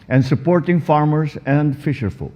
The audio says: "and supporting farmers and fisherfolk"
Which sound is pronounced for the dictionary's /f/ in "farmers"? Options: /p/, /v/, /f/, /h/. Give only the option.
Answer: /f/